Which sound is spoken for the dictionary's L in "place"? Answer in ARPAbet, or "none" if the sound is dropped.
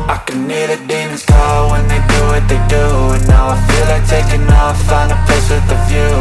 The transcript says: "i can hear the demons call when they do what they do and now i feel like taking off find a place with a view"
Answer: none